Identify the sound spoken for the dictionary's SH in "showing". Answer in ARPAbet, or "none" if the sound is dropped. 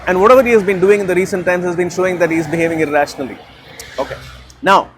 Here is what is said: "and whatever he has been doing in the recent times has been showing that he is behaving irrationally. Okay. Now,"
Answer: SH